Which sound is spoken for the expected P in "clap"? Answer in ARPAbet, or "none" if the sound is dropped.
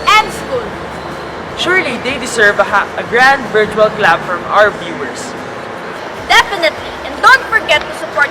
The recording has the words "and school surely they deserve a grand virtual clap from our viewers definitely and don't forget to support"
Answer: B